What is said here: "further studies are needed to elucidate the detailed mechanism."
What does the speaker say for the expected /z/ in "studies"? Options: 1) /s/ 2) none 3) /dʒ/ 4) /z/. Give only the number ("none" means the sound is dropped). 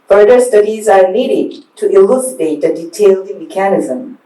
4